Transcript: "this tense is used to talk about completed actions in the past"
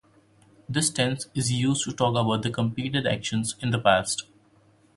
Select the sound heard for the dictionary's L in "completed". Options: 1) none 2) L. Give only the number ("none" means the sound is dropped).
1